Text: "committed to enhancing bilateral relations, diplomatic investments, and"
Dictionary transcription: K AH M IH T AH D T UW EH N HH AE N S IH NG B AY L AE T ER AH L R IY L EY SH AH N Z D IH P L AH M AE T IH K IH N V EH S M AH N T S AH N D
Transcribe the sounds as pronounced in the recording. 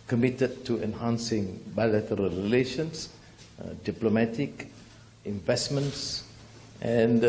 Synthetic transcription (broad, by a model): K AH M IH T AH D T UW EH N HH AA N S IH NG B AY L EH T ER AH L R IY L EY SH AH N S D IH P L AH M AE T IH K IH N V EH S M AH N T S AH N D